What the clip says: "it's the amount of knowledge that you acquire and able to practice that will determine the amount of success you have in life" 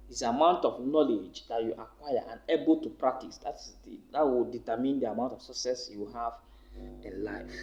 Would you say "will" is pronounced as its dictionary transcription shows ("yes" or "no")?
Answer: no